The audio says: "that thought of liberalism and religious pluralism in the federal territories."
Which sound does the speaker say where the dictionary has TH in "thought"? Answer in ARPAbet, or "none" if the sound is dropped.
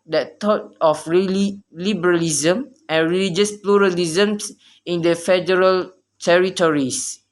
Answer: T